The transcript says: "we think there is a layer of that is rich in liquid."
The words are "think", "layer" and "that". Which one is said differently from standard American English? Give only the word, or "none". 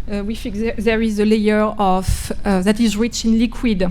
think